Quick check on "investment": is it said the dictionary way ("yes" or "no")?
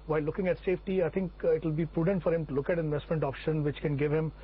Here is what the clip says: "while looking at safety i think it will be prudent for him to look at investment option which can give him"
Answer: yes